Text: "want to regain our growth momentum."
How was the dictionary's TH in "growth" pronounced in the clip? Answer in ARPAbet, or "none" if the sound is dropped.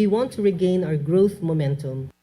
TH